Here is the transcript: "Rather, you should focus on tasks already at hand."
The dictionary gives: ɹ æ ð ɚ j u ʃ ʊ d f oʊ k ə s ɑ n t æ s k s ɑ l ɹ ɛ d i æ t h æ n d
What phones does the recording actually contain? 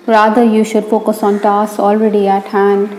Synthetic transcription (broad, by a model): ɹ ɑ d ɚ j u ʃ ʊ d p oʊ k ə s ɑ n t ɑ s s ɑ l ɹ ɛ d i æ t h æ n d